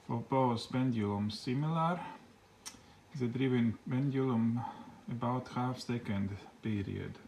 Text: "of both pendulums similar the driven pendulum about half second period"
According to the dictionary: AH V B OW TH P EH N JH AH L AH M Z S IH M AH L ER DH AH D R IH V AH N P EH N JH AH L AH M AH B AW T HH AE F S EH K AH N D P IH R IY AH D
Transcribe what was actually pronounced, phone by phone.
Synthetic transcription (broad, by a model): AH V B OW S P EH N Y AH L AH M S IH M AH L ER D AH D R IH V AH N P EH N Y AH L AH M AH B AW T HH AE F S EH K AH N D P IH R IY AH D